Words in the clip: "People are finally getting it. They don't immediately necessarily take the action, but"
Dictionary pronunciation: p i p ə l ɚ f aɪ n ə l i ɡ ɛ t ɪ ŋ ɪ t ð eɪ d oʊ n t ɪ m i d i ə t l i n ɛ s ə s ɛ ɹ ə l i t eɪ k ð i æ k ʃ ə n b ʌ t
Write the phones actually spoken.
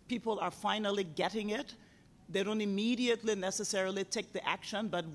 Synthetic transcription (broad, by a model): p i p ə l ɚ f aɪ n ə l i ɡ ɛ t ɪ ŋ ɪ t ð eɪ d oʊ n t ɪ m i d i ə t l i n ɛ s ə s ɛ ɹ ə l i t eɪ k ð i æ k ʃ ə n b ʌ t